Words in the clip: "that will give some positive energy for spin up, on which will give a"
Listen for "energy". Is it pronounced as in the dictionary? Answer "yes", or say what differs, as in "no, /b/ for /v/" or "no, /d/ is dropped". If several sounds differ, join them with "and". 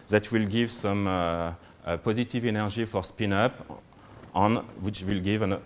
no, /ʒ/ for /dʒ/